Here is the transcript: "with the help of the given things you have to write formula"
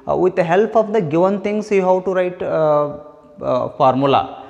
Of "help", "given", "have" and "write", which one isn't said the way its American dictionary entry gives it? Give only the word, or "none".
have